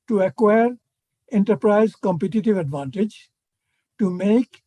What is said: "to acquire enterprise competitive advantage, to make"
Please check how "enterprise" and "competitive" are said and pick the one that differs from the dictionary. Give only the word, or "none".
none